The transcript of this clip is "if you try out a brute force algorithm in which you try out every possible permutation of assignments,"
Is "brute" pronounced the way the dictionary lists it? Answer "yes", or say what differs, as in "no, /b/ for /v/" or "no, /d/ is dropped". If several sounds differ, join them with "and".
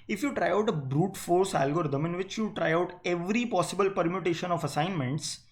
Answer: yes